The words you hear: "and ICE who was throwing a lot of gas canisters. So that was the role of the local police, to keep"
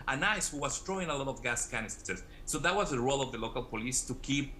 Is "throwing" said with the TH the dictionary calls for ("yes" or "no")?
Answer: no